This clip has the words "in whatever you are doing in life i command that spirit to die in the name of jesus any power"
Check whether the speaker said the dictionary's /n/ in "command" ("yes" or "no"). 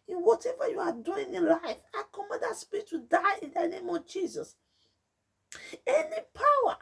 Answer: no